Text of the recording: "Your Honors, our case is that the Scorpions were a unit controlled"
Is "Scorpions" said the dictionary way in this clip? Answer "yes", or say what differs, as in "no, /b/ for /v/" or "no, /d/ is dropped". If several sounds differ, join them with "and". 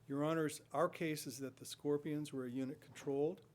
yes